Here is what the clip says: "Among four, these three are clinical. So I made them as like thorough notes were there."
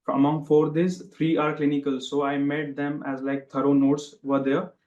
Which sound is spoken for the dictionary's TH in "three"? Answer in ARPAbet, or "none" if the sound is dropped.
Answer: T